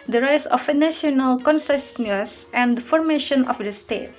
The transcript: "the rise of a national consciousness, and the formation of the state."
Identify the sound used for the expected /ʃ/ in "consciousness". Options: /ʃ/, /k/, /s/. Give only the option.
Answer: /s/